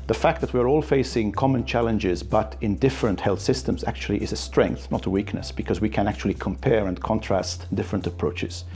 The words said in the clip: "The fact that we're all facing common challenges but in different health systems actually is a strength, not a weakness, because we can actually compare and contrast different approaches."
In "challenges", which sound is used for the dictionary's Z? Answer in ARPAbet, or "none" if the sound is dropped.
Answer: Z